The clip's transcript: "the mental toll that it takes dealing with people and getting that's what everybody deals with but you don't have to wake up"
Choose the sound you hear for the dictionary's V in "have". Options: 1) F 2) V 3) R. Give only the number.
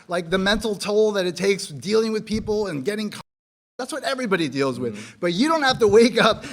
1